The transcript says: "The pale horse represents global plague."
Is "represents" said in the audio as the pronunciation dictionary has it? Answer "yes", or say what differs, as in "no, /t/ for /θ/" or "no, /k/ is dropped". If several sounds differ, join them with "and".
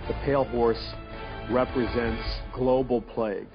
yes